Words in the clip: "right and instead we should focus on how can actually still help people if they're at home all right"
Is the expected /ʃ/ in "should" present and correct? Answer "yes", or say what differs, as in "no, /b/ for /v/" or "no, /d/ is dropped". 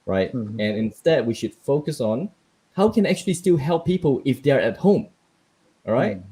yes